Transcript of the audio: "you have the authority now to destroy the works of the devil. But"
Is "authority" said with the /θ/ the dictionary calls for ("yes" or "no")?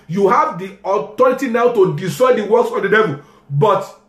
no